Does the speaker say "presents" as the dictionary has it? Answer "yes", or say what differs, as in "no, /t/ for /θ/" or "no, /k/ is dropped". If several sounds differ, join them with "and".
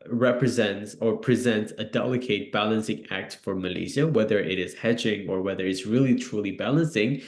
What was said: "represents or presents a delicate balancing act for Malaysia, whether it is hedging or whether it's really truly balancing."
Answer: yes